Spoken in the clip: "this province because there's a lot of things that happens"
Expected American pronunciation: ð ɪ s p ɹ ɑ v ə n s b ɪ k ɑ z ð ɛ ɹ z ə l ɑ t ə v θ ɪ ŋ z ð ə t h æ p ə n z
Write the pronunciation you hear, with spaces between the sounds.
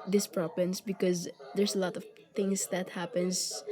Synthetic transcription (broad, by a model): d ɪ s p ɹ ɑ p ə n s b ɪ k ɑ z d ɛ ɹ s ə l ɑ t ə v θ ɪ ŋ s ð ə t h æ p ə n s